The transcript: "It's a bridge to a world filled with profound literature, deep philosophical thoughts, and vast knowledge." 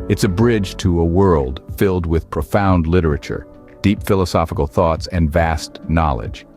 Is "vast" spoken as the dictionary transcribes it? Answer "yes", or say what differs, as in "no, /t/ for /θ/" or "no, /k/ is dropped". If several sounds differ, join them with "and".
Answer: yes